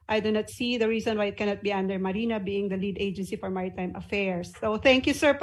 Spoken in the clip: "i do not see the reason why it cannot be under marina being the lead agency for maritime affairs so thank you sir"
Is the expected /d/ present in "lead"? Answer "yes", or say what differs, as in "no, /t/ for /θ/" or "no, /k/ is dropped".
yes